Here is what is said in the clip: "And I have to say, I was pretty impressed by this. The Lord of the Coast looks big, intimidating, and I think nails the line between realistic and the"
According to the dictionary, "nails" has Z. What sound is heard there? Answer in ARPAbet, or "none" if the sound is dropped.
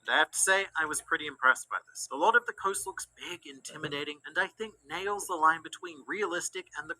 Z